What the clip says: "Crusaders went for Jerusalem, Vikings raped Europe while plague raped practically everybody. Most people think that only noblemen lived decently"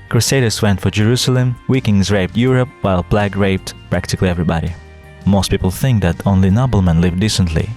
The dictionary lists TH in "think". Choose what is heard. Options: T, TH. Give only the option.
TH